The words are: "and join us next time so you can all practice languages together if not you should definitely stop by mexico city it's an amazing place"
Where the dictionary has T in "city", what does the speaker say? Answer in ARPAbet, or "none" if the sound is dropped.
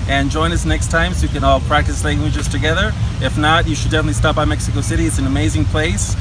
T